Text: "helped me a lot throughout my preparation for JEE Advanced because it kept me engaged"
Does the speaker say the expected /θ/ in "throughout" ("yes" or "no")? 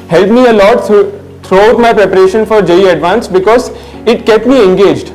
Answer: no